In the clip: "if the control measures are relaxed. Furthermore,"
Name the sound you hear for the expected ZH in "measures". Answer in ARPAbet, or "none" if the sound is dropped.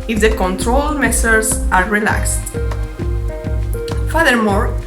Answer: S